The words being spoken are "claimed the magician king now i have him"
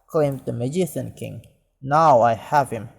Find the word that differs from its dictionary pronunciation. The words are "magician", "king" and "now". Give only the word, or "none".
magician